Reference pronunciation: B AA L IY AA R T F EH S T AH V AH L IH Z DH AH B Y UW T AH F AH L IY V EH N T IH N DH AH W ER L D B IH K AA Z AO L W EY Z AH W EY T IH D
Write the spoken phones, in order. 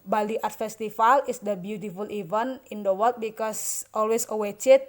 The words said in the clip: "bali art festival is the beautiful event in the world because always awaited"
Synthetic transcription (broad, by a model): B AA L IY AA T F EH S T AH F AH L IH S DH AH B Y UW T AH F AH L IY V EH N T IH N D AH W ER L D B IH K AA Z AO L W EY S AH W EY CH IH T